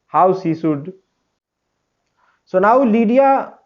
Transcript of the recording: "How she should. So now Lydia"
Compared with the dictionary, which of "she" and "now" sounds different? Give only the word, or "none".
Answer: she